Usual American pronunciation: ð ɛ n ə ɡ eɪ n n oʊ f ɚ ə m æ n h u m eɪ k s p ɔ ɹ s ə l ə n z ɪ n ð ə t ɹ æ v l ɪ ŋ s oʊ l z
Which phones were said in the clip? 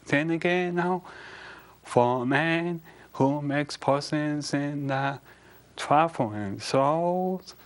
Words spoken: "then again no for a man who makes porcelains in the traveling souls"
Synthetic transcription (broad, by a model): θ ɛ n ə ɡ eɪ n n oʊ f ɚ ə m æ n h u m eɪ k s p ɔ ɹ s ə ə n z ɪ n ð ə t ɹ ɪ f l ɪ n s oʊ l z